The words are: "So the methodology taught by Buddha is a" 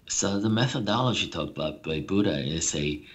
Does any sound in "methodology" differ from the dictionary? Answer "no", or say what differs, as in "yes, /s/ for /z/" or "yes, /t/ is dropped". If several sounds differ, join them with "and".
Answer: no